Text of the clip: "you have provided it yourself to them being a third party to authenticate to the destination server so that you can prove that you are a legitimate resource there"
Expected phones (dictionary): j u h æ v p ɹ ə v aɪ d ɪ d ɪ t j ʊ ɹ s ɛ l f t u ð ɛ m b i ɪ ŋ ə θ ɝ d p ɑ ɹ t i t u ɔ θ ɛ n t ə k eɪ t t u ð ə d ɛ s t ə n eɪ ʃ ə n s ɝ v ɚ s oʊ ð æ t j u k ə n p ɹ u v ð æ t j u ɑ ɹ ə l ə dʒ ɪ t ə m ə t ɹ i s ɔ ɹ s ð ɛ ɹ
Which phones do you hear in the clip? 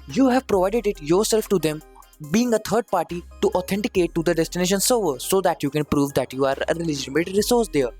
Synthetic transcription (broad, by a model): j u h æ v p ɹ ə v aɪ d ɪ d ɪ t j ʊ ɹ s ɛ l f t u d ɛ m b i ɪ ŋ ə t ɝ d p ɑ ɹ t i t u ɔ t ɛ n t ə k eɪ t t u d ə d ɛ s t ə n eɪ ʃ ə n s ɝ v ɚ s oʊ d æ t j u k ə n p ɹ u v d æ t j u ɑ ɹ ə l ə dʒ ɪ t ə m ə t ɹ i s ɔ ɹ s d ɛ ɹ